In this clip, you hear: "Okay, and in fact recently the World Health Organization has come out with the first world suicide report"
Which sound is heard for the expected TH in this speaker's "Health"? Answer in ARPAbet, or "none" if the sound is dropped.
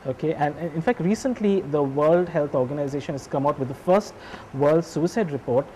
T